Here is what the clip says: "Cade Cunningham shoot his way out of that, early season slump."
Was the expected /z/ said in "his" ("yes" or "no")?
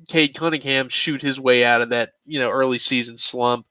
yes